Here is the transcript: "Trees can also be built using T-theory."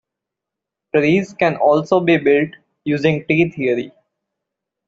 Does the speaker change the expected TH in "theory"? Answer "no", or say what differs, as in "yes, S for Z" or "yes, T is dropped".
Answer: yes, T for TH